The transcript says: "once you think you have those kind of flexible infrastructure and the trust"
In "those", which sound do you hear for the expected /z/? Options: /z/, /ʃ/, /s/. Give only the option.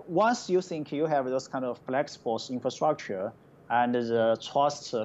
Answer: /s/